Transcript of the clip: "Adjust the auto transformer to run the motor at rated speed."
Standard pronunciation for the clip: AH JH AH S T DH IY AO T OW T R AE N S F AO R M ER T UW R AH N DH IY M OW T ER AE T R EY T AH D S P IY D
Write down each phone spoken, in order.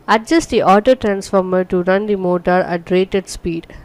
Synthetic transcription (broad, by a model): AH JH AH S T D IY AO T OW T R AE N S F AO R M ER T UW R AH N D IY M OW T ER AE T R EY T AH D S P IY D